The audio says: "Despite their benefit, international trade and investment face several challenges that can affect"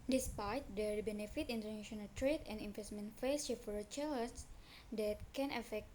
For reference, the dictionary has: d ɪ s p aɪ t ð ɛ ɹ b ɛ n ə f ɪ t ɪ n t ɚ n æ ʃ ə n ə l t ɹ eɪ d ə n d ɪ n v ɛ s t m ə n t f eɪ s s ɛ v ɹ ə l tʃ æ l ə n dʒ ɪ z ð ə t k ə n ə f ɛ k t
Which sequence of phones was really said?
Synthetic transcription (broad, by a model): d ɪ s p aɪ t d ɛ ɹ b ɛ n ə f ɪ t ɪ n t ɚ n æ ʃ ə n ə l t ɹ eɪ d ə n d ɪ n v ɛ s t m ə n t f eɪ s ʃ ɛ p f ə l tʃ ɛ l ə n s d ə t k ə n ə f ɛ k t